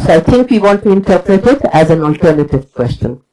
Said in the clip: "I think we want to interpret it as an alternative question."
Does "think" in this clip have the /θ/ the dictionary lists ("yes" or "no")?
no